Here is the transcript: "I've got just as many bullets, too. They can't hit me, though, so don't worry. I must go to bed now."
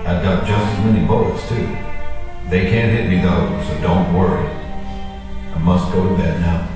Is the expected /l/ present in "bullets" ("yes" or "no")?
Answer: no